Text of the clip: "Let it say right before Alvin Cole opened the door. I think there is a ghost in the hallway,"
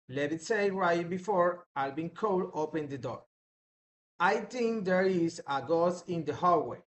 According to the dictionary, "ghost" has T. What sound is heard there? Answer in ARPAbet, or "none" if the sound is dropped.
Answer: none